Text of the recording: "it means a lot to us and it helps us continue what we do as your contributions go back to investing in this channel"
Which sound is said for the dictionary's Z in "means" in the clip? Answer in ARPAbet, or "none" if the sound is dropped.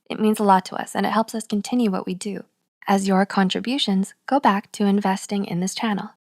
Z